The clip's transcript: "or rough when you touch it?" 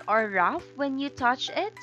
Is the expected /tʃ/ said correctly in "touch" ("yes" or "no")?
yes